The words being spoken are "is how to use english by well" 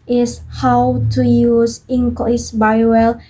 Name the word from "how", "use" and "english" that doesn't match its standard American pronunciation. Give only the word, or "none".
english